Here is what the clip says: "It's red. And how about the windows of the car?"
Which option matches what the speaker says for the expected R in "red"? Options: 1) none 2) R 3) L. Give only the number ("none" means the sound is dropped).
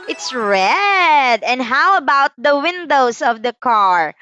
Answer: 2